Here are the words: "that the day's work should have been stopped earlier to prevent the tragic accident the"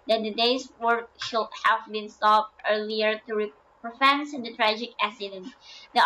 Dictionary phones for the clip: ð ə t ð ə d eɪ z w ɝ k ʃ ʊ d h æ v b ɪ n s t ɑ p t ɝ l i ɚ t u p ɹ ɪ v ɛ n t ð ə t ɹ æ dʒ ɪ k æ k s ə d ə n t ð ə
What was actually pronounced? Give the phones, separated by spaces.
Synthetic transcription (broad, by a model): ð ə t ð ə d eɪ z w ɝ k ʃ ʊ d h æ v b ɪ n s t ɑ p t ɝ l i ɚ t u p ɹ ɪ f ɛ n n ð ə t ɹ æ dʒ ɪ k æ s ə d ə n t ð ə